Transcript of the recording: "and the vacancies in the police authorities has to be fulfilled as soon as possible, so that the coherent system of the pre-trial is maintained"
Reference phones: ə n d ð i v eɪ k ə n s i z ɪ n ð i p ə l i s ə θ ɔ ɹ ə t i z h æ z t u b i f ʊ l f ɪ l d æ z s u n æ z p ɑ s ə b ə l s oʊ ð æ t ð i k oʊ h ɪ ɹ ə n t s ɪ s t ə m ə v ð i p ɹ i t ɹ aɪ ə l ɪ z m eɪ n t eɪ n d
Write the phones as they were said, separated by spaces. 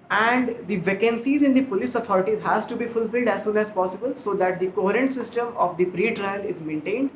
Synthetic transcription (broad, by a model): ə n d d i v eɪ k ə n s i z ɪ n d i p ə l i s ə t ɔ ɹ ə t i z h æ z t u b i f ʊ l f ɪ l d æ z s u n æ z p ɑ s ə b ə l s oʊ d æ t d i k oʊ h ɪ ɹ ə n t s ɪ s t ə m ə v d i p ɹ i t ɹ aɪ ə l ɪ z m eɪ n t eɪ n d